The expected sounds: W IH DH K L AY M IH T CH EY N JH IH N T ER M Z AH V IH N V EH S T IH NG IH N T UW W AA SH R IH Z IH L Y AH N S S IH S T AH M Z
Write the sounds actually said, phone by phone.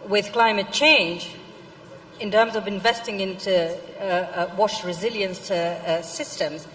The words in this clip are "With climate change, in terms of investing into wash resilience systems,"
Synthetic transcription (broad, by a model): W IH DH K L AY M IH T CH EY N JH IH N T ER M Z AH V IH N V EH S T IH NG IH N T UW W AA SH R IH Z IH L Y AH N S S IH S T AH M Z